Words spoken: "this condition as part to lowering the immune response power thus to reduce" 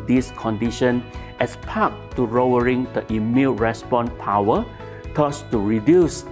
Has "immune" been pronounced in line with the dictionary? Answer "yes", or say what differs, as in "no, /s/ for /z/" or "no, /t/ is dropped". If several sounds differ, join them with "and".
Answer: no, /l/ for /n/